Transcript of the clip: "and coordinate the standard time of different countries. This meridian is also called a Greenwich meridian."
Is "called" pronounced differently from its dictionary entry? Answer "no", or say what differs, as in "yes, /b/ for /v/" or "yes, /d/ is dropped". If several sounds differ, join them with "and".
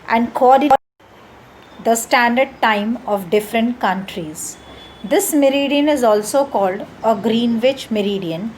no